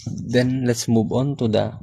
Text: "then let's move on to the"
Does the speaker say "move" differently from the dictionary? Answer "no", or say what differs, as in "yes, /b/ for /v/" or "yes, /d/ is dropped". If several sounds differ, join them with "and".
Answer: yes, /b/ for /v/